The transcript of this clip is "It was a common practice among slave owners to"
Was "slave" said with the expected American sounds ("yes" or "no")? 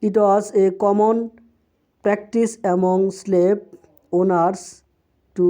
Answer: no